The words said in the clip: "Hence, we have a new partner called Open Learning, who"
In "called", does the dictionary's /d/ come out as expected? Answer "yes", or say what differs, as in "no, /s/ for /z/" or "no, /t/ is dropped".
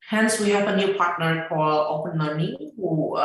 no, /d/ is dropped